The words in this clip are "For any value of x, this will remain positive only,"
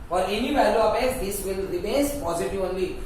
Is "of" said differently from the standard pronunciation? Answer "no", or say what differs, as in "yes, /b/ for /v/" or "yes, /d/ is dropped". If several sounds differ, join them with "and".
yes, /p/ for /v/